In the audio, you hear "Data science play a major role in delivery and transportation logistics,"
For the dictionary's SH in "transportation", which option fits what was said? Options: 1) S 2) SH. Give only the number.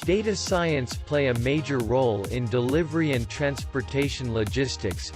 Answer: 2